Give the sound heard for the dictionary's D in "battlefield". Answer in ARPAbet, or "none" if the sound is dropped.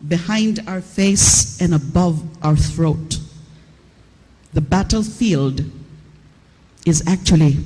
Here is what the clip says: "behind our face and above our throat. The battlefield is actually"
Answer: D